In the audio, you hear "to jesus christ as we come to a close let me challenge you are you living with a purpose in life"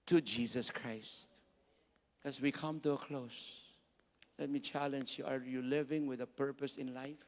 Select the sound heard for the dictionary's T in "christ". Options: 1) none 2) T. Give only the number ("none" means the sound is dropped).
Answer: 2